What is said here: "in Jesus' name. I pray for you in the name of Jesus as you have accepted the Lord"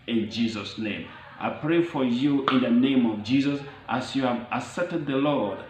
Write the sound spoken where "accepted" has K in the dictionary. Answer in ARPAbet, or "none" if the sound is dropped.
none